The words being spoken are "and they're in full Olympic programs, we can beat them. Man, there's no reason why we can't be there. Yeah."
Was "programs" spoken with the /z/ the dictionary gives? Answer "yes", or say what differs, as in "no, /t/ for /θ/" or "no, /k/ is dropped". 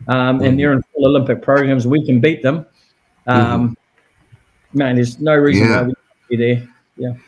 yes